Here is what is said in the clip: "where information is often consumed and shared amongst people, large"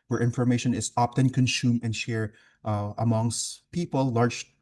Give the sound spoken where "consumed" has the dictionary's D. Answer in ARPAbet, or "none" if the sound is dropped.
none